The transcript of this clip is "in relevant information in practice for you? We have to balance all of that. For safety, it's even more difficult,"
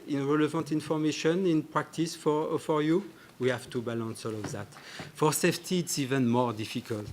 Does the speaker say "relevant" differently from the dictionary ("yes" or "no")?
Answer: no